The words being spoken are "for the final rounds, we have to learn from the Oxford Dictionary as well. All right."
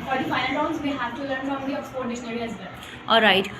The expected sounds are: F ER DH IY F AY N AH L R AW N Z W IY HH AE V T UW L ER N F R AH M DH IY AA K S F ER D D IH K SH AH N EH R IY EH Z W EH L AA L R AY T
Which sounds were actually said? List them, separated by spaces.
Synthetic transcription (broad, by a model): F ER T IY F AY AH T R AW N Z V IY HH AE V T UW L ER N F R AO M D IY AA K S P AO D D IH SH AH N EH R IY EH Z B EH AA L R AY T